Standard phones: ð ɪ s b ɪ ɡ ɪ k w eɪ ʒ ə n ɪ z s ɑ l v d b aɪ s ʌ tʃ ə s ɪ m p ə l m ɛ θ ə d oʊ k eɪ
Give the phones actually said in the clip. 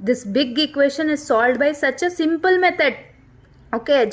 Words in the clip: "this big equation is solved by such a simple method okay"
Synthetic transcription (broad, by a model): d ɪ s b ɪ ɡ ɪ k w eɪ ʃ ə n ɪ z s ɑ l d b aɪ s ʌ tʃ ə s ɪ m p ə l m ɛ t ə d oʊ k eɪ